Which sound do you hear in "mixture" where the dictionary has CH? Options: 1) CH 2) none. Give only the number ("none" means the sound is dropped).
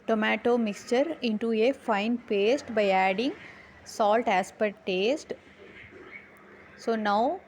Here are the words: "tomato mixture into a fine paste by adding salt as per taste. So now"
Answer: 1